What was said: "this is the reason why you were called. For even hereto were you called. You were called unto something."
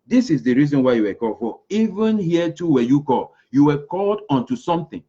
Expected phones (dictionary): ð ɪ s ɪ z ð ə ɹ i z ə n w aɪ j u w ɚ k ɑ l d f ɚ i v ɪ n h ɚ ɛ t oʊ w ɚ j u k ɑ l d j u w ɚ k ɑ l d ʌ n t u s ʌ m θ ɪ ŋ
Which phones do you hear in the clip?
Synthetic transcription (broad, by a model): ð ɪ s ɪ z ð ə ɹ i z ə n w aɪ j u w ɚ k ɑ l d f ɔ i v ɪ n h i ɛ t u w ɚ j u k ɑ l j u w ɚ k ɑ l d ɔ n t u s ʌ m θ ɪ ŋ